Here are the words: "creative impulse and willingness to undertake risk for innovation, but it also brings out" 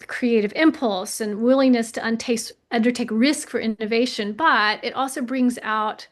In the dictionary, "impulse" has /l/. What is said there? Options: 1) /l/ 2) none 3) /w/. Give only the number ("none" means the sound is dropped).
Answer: 1